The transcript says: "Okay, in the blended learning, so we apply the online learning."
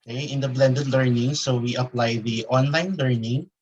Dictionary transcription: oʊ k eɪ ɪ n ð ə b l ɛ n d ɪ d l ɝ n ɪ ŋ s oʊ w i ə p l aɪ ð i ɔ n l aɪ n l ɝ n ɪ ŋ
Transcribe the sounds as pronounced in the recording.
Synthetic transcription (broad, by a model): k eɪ ɪ n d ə b l ɛ n d ɪ d l ɝ n ɪ ŋ s oʊ w i ə p l aɪ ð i ɔ n l aɪ n l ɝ n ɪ ŋ